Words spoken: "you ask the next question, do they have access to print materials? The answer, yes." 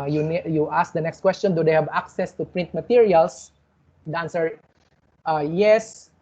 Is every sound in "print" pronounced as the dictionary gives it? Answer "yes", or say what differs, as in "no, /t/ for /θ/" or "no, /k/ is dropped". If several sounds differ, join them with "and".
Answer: yes